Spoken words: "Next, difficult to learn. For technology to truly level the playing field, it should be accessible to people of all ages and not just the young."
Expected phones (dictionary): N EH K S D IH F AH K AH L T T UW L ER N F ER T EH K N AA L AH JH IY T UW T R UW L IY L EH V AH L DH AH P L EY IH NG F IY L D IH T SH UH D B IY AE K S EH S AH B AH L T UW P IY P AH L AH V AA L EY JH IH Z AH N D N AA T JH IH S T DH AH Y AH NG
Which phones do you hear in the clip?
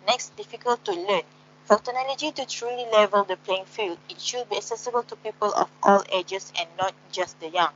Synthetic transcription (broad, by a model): N EH K S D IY F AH K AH L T T UW L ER N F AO T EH N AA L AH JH IY T UW T R UW L IY L EH V AH L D AH P L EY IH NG F IY L D IH T SH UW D B IY AE K S EH S AH B AH L T UW P IY P AH L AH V AA L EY JH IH S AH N N AA T JH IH S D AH Y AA NG